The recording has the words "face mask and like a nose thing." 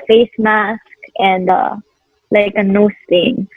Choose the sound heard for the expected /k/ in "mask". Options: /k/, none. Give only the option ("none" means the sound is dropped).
/k/